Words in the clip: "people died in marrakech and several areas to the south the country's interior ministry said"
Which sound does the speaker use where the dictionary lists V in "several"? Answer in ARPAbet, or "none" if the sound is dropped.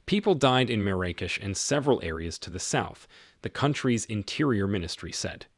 V